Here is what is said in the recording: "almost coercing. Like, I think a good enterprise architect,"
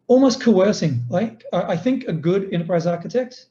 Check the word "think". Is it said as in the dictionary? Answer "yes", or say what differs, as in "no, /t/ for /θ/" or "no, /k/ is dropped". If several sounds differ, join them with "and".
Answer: yes